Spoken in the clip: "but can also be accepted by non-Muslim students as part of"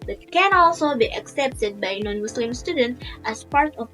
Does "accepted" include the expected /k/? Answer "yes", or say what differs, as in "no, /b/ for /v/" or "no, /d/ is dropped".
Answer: yes